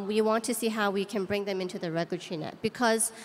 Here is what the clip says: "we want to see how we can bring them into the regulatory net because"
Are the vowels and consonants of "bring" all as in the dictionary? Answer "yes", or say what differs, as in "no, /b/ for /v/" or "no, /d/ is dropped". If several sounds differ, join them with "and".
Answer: yes